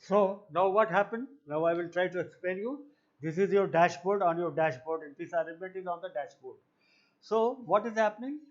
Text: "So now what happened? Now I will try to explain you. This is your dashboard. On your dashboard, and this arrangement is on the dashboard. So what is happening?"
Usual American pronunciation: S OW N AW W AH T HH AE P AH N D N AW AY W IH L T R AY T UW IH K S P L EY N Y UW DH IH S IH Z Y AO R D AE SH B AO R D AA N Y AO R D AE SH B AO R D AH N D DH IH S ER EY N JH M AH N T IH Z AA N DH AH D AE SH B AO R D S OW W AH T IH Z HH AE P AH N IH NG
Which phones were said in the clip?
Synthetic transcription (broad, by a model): S OW N AW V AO T HH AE P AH N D N AW AY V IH L T R AY T UW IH K S P EY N Y UW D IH S IH Z Y AO R D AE SH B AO R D AA N Y AO R D AE SH B AO R D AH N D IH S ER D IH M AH N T IH Z AA N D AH D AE SH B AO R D S OW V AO T IH Z HH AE P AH N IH NG